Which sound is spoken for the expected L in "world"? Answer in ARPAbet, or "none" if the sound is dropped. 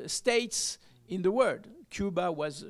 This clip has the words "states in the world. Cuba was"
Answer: none